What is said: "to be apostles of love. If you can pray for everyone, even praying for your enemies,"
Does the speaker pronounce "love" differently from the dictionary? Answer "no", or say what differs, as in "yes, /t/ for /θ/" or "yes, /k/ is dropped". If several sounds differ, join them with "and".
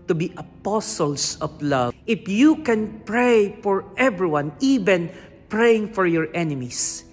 yes, /v/ is dropped